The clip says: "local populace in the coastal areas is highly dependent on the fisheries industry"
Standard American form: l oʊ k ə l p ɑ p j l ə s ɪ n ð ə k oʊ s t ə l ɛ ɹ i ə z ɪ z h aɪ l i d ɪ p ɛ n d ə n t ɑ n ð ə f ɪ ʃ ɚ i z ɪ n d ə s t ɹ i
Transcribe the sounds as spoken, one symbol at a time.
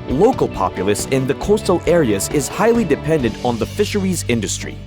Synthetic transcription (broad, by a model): l oʊ k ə l p ɑ p j l ə s ɪ n ð ə k oʊ s t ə l ɛ ɹ i ə z ɪ z h aɪ l i d ɪ p ɛ n d ə n t n ð ə f ɪ ʃ ɚ i z ɪ n d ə s t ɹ i